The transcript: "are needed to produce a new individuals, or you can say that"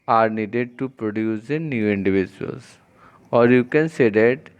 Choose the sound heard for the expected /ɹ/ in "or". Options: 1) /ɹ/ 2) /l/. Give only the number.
1